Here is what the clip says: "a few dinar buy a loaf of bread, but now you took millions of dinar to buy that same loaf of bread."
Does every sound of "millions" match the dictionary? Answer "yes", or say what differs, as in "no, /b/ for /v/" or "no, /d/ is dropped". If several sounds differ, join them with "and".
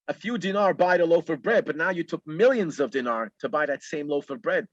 yes